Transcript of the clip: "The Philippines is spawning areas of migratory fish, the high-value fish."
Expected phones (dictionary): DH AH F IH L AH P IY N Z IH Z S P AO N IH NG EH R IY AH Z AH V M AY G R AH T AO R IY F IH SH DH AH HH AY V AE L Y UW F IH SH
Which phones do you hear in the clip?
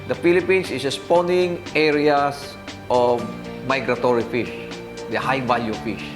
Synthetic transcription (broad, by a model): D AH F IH L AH P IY N S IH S S P AO N IH NG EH R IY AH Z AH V M AY G R AH T AO R IY F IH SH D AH HH AY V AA L Y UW F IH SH